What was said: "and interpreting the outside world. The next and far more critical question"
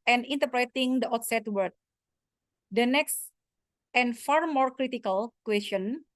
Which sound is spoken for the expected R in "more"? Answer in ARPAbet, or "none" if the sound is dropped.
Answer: R